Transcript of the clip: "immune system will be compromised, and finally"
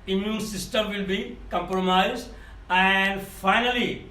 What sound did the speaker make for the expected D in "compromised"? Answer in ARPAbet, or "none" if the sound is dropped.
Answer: none